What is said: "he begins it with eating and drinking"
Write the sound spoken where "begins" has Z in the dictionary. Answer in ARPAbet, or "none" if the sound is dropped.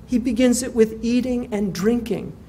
Z